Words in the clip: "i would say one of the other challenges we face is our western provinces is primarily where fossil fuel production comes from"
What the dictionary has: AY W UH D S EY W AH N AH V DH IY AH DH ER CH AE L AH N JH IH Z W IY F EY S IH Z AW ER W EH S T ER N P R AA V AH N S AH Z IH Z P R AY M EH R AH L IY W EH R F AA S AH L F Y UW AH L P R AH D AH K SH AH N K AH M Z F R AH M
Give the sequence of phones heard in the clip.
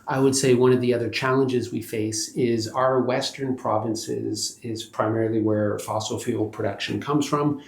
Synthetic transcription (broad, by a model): AY W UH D S EY W AH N AH V DH IY AH DH ER CH AE L AH N JH IH Z W IY F EY S IH Z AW ER W EH S T ER N P R AA V AH N S AH Z IH Z P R AY M EH R L IY W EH R F AA S L F Y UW L P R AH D AH K SH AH N K AH M Z F R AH M